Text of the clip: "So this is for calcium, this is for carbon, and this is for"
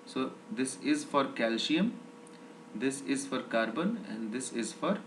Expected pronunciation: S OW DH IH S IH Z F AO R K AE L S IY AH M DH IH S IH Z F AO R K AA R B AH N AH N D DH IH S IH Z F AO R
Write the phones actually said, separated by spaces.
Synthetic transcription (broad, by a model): S OW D IH S IH Z F AO R K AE L SH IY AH M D IH S IH Z F AO R K AA R B AH N AH N D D IH S IH Z F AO R